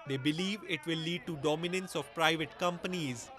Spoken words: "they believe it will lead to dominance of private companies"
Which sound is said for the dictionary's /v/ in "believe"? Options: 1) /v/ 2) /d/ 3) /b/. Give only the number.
1